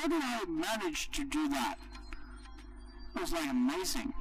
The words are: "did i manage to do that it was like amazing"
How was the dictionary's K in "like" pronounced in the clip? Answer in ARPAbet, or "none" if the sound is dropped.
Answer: none